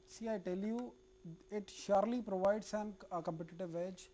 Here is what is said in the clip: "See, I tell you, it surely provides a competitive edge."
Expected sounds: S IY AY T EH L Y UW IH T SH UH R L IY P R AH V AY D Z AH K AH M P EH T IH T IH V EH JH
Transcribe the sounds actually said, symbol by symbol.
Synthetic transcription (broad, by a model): S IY AY T EH L Y UW IH T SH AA R L IY P R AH V AY D S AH K AH M P EH T IH T IH V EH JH